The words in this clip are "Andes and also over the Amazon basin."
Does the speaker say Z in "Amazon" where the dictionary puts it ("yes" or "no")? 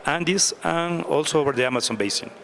no